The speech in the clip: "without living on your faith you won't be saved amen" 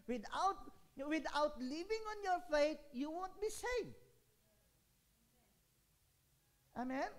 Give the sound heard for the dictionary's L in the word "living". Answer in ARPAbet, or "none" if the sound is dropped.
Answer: W